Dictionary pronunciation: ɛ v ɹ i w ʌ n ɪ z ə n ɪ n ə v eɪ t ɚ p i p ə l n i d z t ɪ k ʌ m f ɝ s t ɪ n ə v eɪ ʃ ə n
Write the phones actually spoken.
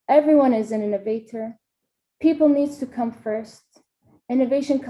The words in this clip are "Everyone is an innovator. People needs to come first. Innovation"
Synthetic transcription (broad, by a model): ɛ v ɹ i w ʌ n ɪ z ə n ɪ n ə v eɪ t ɚ p i p l n i d z t ɪ k ʌ m f ɝ s t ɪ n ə v eɪ ʃ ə n